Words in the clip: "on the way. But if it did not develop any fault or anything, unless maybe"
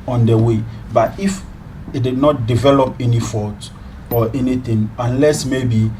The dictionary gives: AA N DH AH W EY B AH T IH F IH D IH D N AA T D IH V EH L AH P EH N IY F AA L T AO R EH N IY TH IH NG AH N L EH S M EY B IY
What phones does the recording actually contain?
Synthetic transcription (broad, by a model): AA N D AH W EY B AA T IH F IH D IH D N AA T D IH V EH L AH P EH N IY F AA T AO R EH N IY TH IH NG AH N L EH S M EY B IY